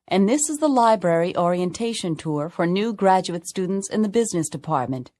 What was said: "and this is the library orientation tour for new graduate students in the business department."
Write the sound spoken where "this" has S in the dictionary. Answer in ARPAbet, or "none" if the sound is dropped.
S